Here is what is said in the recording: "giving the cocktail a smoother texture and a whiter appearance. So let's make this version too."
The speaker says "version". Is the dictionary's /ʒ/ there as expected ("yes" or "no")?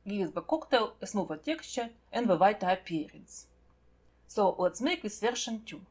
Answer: no